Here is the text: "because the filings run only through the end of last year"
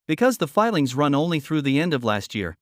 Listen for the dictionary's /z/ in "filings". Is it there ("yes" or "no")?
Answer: yes